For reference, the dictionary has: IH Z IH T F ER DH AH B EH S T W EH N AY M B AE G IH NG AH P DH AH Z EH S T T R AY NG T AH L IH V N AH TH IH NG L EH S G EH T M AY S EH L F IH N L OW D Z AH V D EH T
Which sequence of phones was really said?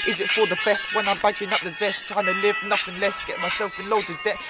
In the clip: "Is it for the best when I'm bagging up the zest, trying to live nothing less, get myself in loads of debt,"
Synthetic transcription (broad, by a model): IH Z IH T F ER DH AH B EH S T W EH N AY M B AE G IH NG AH P DH AH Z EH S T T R AY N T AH L IH V N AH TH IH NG L EH S G EH T M AY S EH L F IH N L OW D AH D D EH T